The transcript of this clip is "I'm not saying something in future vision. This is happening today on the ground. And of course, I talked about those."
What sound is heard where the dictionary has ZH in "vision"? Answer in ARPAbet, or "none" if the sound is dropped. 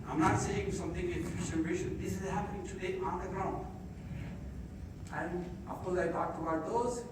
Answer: SH